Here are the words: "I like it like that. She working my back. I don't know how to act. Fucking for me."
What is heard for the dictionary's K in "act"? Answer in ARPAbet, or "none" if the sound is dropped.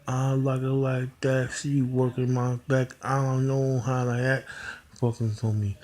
none